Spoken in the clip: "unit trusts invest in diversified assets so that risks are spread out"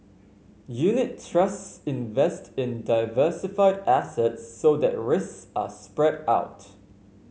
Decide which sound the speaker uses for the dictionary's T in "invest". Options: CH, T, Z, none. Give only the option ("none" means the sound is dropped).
T